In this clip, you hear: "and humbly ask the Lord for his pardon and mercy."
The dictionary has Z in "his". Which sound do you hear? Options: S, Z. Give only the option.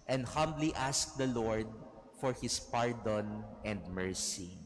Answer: S